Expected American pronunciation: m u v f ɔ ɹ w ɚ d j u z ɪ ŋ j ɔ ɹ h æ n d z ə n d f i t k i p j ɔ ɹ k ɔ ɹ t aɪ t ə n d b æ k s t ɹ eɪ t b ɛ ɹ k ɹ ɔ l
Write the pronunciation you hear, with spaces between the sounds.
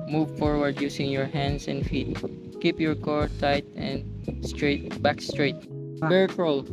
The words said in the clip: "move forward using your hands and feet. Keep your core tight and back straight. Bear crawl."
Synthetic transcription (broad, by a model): m u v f ɔ ɹ w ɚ d j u s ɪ ŋ j ɔ ɹ h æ n d s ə n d f i t k i p j ɔ ɹ k ɔ ɹ t aɪ t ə n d b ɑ k s t ɹ eɪ t b ɛ ɹ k ɹ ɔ l